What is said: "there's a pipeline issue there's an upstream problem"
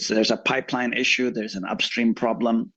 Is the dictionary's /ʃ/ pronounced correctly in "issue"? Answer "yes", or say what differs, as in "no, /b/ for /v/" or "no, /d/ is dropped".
yes